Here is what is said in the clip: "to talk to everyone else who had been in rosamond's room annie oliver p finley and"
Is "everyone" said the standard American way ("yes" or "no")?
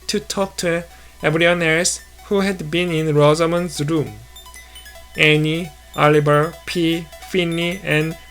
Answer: no